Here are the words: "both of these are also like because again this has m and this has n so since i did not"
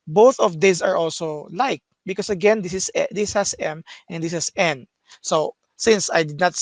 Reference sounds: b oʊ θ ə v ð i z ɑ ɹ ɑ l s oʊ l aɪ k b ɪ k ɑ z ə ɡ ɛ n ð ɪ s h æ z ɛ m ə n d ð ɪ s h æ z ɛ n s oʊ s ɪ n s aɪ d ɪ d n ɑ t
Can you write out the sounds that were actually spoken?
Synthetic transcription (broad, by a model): b oʊ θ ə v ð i s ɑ ɹ ɑ l s oʊ l aɪ k b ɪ k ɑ s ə ɡ ɛ n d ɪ s h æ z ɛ m ə n d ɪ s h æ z ɛ n s oʊ s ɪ n s aɪ d ɪ d n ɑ t